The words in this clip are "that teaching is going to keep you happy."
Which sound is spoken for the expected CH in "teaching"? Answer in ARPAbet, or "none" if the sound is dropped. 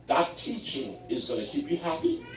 CH